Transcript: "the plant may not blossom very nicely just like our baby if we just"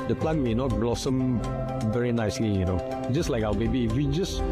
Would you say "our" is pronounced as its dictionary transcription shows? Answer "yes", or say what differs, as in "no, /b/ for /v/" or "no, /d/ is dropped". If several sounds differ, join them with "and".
no, /w/ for /ɹ/